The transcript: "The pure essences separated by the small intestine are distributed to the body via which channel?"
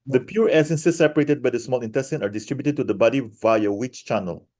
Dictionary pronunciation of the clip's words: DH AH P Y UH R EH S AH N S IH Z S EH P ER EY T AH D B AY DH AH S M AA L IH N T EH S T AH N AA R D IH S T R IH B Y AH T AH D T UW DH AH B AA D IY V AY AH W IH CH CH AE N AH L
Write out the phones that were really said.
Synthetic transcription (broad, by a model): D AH P Y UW R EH S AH N S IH S EH P ER EY T AH D B AY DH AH S M AA L IH N T EH S T AH N AA R D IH S T R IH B Y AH T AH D T UW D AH B AA D IY V AY AH W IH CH CH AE N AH L